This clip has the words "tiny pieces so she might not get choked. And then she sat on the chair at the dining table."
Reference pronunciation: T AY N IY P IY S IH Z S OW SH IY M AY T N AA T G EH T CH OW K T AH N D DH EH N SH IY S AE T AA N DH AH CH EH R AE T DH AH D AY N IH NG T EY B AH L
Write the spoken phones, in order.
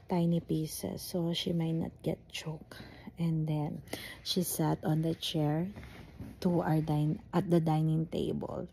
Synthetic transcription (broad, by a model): T AY N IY P IY S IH S OW SH IY M AY T N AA T G EH T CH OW K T AH N D EH N SH IY S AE T AA N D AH CH EH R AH T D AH D AY N IH NG T EY B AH L